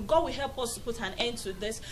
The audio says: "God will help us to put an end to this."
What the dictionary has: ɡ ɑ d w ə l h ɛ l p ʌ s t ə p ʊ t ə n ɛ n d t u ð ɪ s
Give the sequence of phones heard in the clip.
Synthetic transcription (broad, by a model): ɡ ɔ w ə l h ɛ l p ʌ s t ə p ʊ t ə n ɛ n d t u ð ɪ s